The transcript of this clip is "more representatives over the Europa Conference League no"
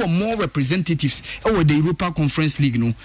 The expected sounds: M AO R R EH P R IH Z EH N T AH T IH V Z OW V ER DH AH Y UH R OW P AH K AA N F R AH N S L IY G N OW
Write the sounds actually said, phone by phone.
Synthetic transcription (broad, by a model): M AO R R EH P R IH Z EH N T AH T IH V S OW W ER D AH Y UH R OW P AH K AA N F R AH N S L IY G N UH